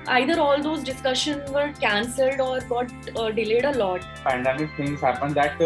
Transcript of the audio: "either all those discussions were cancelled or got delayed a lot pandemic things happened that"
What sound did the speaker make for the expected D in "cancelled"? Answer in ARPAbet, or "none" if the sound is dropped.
D